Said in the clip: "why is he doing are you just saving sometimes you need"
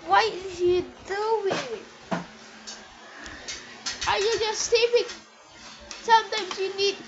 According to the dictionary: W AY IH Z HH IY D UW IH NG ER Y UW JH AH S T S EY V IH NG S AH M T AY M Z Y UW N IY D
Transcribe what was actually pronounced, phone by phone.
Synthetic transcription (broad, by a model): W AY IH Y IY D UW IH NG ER Y UW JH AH S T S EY P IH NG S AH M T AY M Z Y UW N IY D